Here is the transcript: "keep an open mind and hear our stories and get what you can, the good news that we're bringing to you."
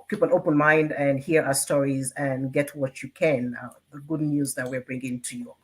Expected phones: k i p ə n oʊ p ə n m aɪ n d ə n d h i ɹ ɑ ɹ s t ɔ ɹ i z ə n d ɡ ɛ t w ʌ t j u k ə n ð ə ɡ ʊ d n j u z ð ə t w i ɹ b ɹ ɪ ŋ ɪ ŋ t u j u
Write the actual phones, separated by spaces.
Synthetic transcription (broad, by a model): k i p ə n oʊ p ə n m aɪ n d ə n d h i ɹ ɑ s t ɔ ɹ i z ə n ɡ ɛ t w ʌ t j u k ə n ð ə ɡ ʊ d n j u z ð ə t w i ɹ b ɹ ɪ ŋ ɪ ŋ t u j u